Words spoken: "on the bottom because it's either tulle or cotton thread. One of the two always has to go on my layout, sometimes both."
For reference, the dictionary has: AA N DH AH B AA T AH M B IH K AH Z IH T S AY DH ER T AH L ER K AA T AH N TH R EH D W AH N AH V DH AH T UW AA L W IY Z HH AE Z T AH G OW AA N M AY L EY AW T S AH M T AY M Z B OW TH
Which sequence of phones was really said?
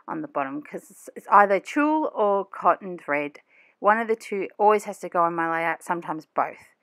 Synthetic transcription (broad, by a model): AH N DH AH B AA T AH M K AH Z IH T S AY DH ER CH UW L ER K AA T N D R EH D W AH N AH V DH AH T UW AA L W IY Z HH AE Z T AH G OW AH N M AY L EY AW T S AH M T AY M Z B OW TH